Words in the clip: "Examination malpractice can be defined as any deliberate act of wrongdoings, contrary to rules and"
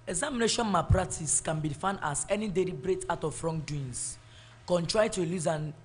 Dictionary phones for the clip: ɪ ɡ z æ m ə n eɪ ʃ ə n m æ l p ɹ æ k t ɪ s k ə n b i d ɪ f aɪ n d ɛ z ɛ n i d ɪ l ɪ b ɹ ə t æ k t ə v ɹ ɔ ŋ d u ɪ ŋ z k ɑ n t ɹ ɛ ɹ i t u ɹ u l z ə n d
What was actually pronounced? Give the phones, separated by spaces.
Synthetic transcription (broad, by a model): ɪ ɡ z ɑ m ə n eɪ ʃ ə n m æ p ɹ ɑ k t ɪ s k ə n b i f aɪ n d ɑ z ɛ n i d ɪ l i b ɹ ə t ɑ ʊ t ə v ɹ ɔ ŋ d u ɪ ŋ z k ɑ n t ɹ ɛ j t u l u z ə n